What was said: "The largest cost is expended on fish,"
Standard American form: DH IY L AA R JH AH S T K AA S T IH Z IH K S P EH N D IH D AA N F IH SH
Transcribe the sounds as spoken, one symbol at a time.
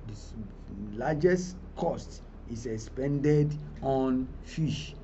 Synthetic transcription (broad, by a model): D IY L AA JH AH S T K AA S T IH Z IH K S P EH N D IH D AA N F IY SH